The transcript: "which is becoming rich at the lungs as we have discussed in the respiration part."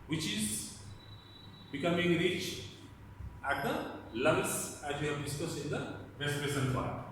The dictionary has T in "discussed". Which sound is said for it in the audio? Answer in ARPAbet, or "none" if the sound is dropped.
none